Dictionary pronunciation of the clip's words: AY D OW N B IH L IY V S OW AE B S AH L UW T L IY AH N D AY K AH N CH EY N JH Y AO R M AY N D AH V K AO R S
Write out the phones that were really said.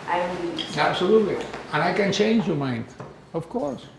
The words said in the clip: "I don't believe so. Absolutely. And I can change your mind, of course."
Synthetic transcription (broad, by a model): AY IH IY AE B S AH L UW T L IY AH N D AY K AH N CH EY N JH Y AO M AY N D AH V K AO R S